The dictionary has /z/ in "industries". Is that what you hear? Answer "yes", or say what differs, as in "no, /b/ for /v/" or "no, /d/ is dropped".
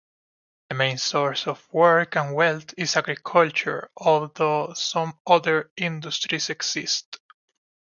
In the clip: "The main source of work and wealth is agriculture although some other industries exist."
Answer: no, /s/ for /z/